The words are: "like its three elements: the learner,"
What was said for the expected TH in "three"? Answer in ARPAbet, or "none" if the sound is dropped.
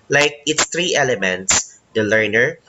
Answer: T